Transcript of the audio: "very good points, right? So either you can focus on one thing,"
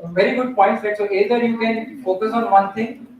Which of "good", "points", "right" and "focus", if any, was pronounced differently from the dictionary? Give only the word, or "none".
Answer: right